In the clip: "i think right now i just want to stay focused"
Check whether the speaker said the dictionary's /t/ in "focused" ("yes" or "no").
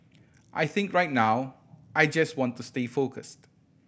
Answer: yes